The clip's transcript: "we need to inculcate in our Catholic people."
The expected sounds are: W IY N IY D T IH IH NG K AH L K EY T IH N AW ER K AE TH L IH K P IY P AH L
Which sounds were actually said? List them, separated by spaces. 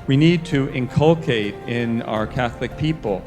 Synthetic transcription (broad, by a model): W IY N IY D T IH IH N K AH L K EY T IH N AW ER K AE TH L IH K P IY P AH L